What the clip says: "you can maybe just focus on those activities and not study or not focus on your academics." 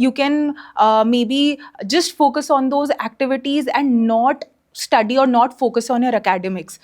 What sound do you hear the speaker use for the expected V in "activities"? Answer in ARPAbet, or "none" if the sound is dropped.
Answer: V